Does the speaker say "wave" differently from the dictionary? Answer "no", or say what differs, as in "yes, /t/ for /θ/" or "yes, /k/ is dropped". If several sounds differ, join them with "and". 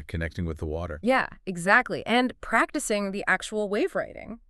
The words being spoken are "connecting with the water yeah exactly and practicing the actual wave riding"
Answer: no